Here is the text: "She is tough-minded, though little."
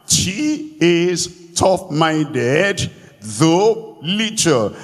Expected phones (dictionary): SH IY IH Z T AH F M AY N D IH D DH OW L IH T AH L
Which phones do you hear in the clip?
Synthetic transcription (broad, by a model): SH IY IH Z T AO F M AY N D IH D DH OW L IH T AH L